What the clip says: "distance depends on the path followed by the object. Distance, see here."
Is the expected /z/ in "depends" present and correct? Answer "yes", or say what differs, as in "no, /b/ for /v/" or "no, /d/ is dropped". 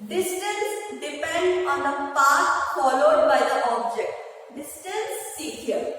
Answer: no, /z/ is dropped